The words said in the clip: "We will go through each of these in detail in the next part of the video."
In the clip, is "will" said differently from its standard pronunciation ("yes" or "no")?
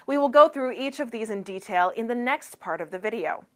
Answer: no